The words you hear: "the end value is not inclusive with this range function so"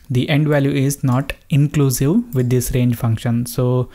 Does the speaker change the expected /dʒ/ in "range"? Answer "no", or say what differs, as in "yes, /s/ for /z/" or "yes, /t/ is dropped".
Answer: no